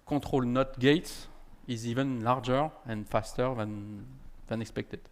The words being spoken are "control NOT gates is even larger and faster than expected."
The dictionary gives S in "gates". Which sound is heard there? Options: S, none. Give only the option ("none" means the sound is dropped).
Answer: none